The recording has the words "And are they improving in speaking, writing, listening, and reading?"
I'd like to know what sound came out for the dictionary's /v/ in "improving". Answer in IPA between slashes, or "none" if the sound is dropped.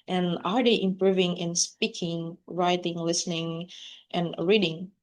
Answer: /v/